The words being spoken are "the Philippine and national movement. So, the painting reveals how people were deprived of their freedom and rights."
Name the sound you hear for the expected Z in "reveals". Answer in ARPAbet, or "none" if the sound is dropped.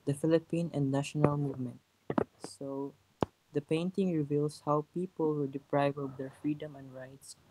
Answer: S